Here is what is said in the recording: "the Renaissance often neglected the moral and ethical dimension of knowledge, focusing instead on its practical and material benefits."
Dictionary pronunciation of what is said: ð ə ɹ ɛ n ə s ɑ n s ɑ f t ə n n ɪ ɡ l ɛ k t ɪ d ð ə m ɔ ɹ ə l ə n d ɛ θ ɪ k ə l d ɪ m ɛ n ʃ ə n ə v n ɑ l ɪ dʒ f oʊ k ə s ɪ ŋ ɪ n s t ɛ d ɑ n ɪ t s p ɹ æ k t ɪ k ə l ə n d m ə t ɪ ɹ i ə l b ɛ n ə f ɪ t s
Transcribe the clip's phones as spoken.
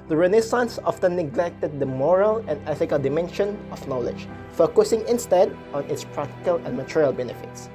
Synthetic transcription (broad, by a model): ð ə ɹ ɛ n ə s ɑ n s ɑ f t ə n n ɪ ɡ l ɛ k t ɪ d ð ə m ɔ ɹ ə l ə n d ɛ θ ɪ k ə l d ɪ m ɛ n ʃ ə n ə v n ɑ l ɪ dʒ f oʊ k ə s ɪ ŋ ɪ n s t ɛ d ɑ n ɪ t s p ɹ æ k t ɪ k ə l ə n m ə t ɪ ɹ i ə l b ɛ n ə f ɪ t s